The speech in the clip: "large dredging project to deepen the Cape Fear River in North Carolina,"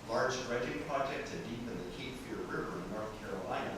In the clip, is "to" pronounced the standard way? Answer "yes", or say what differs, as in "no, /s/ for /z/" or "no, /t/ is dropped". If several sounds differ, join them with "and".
no, /s/ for /t/